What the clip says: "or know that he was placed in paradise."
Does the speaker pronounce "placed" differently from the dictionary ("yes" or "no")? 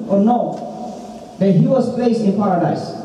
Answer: yes